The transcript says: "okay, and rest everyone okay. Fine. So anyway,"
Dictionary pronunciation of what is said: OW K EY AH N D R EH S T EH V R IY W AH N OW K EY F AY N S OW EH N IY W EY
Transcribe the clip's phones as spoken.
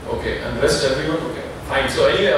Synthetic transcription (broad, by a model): OW K EY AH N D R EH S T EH R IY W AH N OW K EY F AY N S OW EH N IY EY